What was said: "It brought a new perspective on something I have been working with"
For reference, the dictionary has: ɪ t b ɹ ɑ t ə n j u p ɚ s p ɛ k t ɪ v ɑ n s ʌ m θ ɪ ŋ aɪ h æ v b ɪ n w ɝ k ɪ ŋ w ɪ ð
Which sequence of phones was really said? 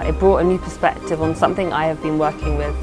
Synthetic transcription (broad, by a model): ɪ t b ɹ ɑ t ə n j u p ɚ s p ɛ k t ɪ v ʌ n s ʌ m θ ɪ ŋ aɪ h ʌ v b ɪ n w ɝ k ɪ ŋ w ɪ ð